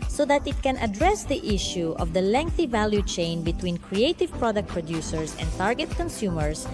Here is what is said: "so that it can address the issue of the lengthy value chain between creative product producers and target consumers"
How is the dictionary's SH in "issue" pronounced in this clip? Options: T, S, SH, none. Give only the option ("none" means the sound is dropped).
SH